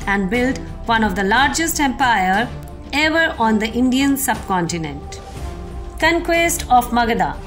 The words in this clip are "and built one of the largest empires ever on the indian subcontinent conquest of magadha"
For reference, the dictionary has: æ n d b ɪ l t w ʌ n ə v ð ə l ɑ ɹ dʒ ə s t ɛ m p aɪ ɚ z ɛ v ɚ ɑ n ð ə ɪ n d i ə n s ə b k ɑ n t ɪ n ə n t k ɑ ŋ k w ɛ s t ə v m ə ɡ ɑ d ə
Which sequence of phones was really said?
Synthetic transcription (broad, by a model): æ n d b ɪ l t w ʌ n ə v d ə l ɑ ɹ dʒ ə s t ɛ m p aɪ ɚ ɛ v ɚ ɑ n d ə ɪ n d i ə n s ə b k ɑ n t ɪ n ə n t k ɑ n k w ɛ s t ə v m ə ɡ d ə